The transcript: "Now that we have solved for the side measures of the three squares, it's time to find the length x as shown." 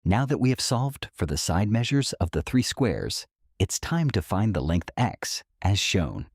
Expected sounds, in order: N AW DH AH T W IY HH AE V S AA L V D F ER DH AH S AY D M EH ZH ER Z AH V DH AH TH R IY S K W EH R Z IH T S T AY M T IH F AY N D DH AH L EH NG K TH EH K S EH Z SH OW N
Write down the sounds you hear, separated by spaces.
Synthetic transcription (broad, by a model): N AW DH AH T W IY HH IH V S AA L V D F ER DH AH S AY D M EH ZH ER Z AH V DH AH TH R IY S K W EH R Z IH T S T AY M T IH F AY N DH AH L EH NG K TH EH K S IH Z SH OW N